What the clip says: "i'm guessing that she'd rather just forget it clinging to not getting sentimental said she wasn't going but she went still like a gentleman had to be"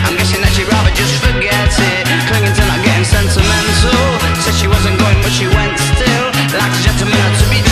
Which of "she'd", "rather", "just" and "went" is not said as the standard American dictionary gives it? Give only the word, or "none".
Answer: none